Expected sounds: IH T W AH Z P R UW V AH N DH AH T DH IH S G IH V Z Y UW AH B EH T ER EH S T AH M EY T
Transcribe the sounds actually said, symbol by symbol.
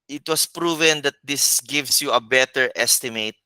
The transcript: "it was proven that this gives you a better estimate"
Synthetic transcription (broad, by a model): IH T W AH S P R UW V AH N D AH T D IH S G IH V S Y UW AH B EH T ER EH S T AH M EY T